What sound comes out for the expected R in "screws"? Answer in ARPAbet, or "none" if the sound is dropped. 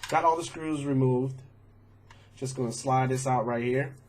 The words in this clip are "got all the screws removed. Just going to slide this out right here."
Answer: R